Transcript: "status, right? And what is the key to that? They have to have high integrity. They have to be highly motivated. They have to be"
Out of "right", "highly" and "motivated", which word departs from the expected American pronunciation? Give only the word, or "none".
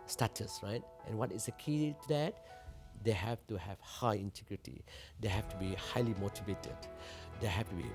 none